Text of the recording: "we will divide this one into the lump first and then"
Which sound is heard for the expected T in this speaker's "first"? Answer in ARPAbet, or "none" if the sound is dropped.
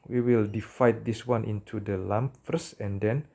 none